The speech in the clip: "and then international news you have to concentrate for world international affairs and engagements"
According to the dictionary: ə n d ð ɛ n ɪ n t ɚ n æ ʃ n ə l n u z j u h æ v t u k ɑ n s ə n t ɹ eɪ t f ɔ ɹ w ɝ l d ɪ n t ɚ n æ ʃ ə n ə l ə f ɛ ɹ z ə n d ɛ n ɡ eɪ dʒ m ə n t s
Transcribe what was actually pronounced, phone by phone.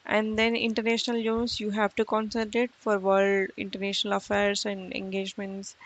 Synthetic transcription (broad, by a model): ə n d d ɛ n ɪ n t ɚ n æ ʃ n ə l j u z j u h æ v t u k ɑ n s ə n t ɪ t f ɔ ɹ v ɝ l d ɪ n t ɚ n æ ʃ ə n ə l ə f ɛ ɹ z ə n d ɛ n ɡ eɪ dʒ m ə n t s